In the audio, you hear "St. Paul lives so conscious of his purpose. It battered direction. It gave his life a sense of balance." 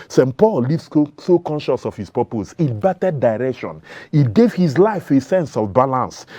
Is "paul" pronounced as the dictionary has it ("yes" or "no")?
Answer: yes